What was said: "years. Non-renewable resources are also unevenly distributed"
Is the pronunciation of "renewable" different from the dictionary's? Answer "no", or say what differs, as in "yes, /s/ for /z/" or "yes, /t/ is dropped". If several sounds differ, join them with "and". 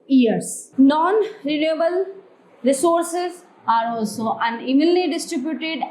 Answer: no